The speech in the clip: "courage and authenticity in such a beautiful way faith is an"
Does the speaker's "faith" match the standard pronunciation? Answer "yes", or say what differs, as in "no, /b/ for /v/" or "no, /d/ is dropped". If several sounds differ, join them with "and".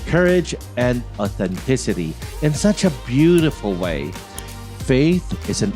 yes